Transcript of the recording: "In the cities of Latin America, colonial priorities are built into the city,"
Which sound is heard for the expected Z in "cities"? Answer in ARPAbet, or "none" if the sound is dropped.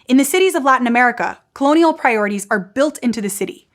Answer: Z